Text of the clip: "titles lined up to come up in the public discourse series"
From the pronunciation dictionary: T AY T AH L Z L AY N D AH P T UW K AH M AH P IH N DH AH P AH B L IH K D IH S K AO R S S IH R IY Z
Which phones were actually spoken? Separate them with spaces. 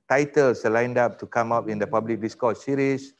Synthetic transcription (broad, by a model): T AY T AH L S L AY N D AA P T UW K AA M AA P IH N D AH P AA B L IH K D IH S K AO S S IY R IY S